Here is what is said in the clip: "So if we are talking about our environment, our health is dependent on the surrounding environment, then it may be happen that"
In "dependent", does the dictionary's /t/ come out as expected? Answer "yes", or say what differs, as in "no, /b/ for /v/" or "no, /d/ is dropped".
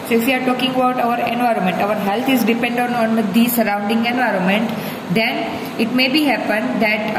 no, /t/ is dropped